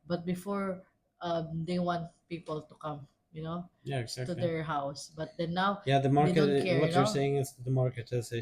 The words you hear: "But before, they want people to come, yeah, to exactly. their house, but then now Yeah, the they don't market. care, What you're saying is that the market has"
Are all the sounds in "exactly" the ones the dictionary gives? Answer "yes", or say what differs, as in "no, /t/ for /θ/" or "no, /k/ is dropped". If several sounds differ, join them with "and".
no, /l/ is dropped